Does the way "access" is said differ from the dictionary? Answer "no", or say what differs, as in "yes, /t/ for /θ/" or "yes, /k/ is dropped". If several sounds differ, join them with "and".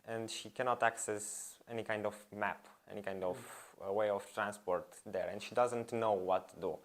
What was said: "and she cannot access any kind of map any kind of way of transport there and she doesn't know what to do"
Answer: no